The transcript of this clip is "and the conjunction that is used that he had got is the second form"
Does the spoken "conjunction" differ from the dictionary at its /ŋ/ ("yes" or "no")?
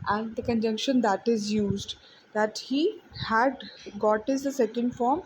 no